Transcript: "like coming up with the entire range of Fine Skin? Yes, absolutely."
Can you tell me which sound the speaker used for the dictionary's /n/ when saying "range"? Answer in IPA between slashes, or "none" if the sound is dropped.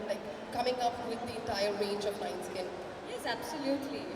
/n/